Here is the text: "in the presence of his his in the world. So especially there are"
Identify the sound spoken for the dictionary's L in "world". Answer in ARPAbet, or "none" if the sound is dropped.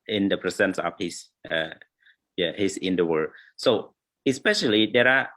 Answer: none